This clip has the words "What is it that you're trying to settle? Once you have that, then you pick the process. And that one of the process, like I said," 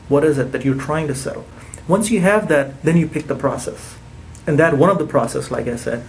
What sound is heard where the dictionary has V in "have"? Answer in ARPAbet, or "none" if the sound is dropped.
V